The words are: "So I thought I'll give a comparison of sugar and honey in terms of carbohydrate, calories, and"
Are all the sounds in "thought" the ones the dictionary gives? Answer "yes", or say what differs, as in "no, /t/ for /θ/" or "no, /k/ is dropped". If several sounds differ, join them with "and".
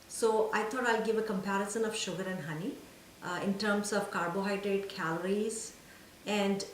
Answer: no, /t/ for /θ/